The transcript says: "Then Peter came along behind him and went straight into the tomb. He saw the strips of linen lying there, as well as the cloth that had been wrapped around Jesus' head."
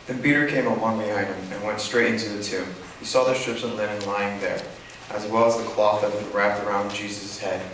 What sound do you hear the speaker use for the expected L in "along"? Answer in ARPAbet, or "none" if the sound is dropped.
W